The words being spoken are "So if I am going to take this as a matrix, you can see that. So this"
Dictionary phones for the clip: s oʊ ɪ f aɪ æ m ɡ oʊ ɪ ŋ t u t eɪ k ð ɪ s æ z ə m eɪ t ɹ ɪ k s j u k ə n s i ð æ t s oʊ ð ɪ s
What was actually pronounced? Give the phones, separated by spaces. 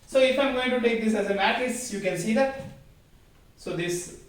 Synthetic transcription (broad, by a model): s oʊ ɪ f aɪ m ɡ oʊ ɪ ŋ t u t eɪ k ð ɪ s æ z ə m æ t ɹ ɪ s j u k ə n s i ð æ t s oʊ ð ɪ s